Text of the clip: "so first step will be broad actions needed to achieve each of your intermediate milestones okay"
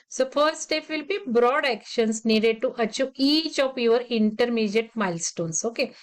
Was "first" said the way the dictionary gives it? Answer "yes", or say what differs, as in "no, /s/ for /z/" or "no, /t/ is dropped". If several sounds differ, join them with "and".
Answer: no, /s/ is dropped